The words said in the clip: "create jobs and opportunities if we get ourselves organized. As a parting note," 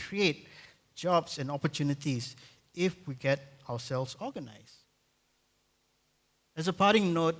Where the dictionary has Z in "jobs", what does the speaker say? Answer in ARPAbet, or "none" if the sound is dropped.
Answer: S